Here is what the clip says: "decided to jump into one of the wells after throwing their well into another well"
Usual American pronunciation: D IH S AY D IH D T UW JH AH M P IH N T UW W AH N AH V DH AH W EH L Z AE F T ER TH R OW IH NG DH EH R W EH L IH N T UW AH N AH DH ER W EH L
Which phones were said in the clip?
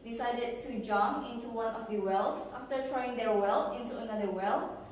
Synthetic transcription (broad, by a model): D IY S AY D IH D T UW JH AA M IH N T UW W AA N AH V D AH W EH L S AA F T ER T R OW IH NG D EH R W EH L IH N T UW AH N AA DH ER W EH L